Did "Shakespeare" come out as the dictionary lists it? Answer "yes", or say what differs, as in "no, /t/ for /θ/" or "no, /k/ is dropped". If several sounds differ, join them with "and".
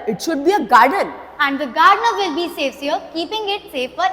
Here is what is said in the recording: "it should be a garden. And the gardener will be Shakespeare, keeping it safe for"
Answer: no, /s/ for /ʃ/ and /p/ is dropped